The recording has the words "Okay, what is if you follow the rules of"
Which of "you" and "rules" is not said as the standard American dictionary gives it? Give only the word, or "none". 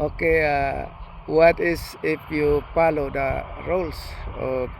rules